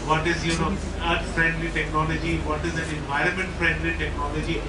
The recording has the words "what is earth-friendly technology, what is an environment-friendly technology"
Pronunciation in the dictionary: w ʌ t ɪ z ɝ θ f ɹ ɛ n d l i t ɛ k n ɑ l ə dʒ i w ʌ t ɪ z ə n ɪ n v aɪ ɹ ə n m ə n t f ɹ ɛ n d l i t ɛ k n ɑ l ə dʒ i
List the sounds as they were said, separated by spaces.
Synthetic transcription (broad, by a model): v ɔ t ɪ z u t f ɹ ɛ n d l i t ɛ k n ɑ l ə dʒ i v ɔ t ɪ z ə n ɪ n v aɪ ɹ ə n m ə n t f ɹ ɛ n d l i t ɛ k n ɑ l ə dʒ i